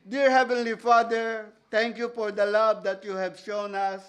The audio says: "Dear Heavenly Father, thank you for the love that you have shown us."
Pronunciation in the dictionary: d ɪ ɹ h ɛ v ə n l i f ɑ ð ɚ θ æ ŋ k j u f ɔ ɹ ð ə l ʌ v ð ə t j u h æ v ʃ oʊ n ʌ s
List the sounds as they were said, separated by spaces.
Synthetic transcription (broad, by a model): d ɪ ɹ h ɛ v ə n l i f ɑ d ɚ t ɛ ŋ k j u f ɔ ɹ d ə l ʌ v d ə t j u h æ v ʃ oʊ n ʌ s